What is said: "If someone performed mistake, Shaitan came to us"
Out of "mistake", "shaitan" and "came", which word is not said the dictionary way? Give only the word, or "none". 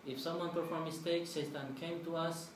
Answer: shaitan